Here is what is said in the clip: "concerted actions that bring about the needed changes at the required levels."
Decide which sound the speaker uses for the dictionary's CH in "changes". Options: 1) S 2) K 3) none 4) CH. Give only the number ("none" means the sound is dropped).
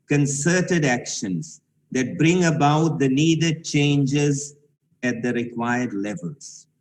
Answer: 4